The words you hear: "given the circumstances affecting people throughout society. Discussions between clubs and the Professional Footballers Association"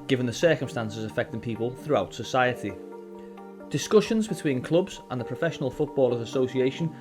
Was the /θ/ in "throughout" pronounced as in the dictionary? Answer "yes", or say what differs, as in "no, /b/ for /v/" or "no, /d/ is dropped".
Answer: yes